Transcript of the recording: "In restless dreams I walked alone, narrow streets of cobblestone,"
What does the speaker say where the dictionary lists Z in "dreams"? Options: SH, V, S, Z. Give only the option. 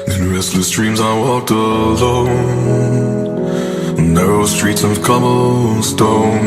Z